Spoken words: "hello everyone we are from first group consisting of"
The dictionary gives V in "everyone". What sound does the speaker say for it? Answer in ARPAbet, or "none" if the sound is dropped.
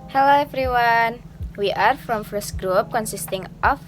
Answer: F